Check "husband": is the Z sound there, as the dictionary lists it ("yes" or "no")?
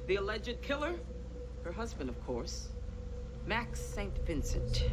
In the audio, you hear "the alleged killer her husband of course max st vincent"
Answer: yes